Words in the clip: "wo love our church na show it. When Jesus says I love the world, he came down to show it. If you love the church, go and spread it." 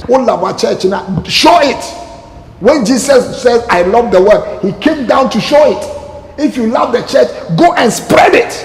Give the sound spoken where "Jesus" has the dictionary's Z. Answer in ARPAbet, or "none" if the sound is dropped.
S